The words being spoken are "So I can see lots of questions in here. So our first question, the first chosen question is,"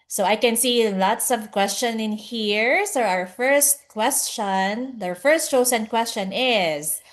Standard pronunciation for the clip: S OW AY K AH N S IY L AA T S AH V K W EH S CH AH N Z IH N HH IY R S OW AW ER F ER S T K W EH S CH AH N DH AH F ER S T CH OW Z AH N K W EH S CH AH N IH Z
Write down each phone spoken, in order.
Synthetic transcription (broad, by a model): S OW AY K AH N S IY L AA T S AH V K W EH S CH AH N IH N HH IY R S OW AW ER F ER S T K W EH S CH AH N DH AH F ER S T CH OW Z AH N K W EH S CH AH N IH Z